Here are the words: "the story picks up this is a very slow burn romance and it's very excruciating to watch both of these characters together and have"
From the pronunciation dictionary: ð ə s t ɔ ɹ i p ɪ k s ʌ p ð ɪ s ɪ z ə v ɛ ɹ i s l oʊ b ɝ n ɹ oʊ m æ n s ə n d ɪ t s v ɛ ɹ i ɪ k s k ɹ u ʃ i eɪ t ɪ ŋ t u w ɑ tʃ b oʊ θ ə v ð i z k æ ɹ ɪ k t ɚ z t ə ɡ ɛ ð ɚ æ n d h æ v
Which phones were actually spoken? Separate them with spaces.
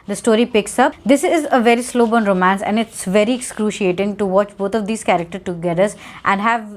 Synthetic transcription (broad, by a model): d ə s t ɔ ɹ i p ɪ k s ʌ p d ɪ s ɪ z ə v ɛ ɹ i s l oʊ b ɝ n ɹ oʊ m æ n s ə n d ɪ t s v ɛ ɹ i ɪ k s k ɹ u ʃ i eɪ t ɪ ŋ t u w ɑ tʃ b oʊ t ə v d i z k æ ɹ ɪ k t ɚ t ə ɡ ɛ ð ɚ æ n d h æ v